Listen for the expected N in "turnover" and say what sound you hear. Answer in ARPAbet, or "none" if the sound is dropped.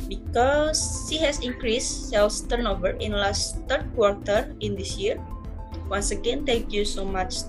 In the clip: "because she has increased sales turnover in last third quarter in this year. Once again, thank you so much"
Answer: N